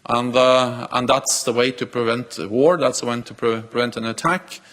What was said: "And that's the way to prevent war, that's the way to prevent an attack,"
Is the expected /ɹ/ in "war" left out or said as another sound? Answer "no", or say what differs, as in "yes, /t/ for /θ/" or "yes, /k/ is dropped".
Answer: no